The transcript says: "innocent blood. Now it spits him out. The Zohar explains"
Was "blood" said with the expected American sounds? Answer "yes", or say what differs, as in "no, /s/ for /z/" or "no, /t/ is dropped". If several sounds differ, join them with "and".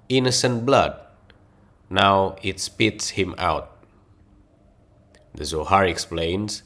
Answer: yes